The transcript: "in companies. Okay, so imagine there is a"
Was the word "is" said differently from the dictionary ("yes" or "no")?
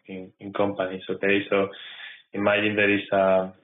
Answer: yes